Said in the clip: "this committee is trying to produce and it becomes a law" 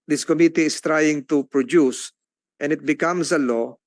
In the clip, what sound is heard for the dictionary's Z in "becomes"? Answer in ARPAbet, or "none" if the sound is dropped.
S